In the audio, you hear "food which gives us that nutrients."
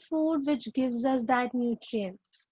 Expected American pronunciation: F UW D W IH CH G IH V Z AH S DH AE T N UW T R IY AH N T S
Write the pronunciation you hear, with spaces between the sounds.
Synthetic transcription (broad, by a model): F UW D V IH CH G IH V Z AH S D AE T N UW T R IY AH N S